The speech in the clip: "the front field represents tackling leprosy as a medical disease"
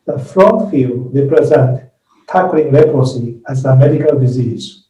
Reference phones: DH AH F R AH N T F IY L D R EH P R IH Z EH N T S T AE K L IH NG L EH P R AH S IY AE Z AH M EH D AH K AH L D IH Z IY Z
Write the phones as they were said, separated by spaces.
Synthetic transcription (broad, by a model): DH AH F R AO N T F IY L D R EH P R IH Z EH N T T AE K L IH NG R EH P AH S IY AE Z AH M EH D AH K AH L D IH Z IY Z